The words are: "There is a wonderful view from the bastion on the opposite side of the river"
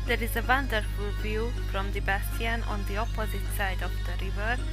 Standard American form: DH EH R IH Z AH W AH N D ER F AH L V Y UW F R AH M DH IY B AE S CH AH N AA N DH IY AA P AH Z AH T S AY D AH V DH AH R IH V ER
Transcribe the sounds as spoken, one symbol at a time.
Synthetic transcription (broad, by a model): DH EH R IH Z AH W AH N D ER F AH L V Y UW F R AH M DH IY B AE S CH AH N AA N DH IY AA P AH Z AH T S AY D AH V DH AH R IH V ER